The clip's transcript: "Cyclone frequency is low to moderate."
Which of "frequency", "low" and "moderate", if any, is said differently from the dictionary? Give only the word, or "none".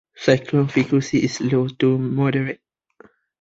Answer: frequency